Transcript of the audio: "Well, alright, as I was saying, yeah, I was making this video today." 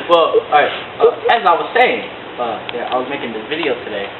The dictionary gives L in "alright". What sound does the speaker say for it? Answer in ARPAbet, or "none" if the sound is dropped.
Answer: none